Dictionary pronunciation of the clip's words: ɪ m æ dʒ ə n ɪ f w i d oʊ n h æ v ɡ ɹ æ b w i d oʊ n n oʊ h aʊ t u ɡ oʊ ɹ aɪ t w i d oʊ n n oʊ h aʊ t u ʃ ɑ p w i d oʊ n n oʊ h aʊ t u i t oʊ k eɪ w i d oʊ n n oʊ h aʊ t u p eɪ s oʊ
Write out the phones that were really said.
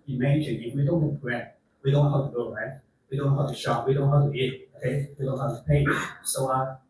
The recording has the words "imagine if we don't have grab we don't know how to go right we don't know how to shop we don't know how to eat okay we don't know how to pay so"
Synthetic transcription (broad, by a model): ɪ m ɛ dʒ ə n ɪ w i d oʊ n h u p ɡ ɛ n w i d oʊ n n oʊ h aʊ t u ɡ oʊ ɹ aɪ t w i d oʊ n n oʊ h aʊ t u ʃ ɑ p w i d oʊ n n h aʊ t u i t oʊ k eɪ w i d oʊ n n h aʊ t u p eɪ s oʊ